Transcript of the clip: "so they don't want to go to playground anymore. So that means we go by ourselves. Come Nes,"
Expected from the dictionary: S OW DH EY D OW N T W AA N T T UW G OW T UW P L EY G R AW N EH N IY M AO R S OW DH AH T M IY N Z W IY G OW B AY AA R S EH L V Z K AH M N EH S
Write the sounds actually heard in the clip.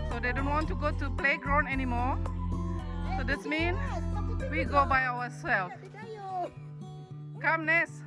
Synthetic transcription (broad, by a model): S OW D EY D OW N T W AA N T T UW G OW T UW P L EY G R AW N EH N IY M AO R S OW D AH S M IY N W IY G OW B AY AA W S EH L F K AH M N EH S